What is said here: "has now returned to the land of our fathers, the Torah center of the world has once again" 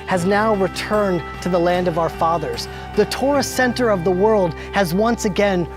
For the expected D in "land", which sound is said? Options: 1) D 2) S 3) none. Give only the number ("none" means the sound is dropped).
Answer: 1